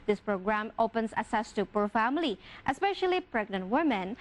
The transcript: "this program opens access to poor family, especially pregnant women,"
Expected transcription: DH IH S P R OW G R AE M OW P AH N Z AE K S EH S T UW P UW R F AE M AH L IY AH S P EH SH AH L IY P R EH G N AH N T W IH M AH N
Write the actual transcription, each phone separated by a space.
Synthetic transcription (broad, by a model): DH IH S P R OW G R AE M OW P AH N S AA S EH S T UW P UW R F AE M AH L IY AH S P EH SH AH L IY P R EH G N AH N T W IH M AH N